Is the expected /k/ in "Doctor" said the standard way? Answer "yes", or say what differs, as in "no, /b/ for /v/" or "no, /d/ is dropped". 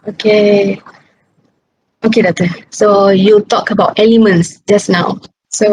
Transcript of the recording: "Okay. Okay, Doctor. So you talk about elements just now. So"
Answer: no, /k/ is dropped